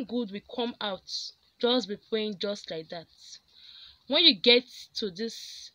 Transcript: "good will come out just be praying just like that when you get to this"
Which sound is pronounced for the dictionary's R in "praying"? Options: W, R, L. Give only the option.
L